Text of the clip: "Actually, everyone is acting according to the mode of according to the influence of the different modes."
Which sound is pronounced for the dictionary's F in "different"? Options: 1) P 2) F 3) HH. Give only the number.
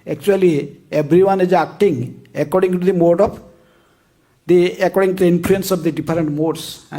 1